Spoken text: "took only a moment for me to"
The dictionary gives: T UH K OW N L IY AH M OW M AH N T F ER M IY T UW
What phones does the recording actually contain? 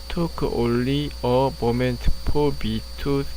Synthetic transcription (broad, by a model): T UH K OW N L IY AH M OW M AH N T P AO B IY T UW